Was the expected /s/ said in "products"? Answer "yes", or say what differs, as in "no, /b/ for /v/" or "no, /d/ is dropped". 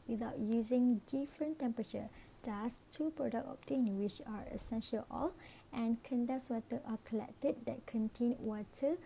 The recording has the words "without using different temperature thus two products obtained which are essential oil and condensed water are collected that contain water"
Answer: no, /s/ is dropped